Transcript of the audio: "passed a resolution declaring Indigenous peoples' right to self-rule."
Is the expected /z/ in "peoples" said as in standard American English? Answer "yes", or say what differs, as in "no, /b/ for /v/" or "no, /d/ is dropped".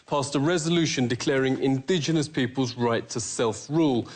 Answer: yes